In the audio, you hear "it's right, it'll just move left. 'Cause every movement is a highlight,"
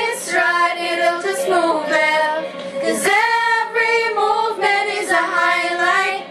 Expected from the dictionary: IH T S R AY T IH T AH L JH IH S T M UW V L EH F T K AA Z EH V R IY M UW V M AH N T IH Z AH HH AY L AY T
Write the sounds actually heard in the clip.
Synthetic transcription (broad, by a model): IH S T R AY T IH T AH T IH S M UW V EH K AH Z EH V R IY M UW V M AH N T IH Z AH HH AY L AY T